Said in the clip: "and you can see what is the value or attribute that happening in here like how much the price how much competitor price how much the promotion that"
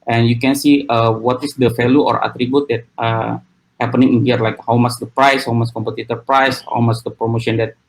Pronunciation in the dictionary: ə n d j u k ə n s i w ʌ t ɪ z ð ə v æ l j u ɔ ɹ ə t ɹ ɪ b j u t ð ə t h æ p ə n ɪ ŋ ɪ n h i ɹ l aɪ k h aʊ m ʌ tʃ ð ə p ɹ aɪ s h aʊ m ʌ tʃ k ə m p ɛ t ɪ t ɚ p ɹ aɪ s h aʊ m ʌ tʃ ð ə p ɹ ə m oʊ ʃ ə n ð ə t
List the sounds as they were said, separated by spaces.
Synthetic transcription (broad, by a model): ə n j u k ə n s i w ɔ t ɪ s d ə f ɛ l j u ɔ ɹ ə t ɹ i b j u t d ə t h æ p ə n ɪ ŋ ɪ n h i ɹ l aɪ k h aʊ m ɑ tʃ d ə p ɹ aɪ s h aʊ m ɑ s k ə m p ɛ t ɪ t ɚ p ɹ aɪ s h aʊ m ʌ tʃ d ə p ɹ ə m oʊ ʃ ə n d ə t